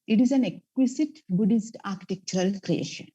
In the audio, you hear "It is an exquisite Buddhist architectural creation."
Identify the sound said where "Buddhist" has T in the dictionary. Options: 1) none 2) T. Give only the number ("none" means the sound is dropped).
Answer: 2